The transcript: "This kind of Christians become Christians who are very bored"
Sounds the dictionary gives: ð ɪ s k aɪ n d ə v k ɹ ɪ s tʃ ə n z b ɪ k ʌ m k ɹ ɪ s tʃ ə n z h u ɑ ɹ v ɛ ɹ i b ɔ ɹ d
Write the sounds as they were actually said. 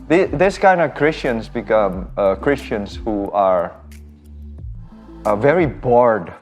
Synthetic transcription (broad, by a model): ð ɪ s k aɪ n d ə k ɹ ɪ s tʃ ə n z b ɪ k ʌ m k ɹ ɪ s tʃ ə n s h u ɑ ɹ v ɛ ɹ i b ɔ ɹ d